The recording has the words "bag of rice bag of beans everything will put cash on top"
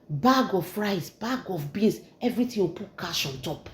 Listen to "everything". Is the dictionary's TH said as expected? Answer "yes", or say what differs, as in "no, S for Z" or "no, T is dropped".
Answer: no, T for TH